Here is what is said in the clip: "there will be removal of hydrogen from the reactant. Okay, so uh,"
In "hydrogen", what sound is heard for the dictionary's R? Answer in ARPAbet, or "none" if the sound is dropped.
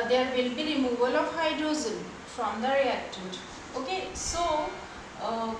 none